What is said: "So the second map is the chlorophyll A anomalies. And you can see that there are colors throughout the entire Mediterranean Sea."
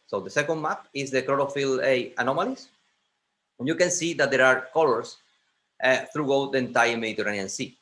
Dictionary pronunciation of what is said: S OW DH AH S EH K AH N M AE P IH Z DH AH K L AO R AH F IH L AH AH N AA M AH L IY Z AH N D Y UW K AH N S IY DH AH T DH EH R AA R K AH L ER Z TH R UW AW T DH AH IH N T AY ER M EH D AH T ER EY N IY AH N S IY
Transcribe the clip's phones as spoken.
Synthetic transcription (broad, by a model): S OW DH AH S EH K AH N M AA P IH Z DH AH K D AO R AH F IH L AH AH N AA M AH L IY S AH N Y UW K AH N S IY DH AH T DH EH R AA R K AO L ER S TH R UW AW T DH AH N T AY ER M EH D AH T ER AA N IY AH N S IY